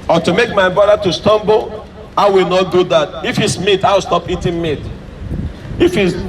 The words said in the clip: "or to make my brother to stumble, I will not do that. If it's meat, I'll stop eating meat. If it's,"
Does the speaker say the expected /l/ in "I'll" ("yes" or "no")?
no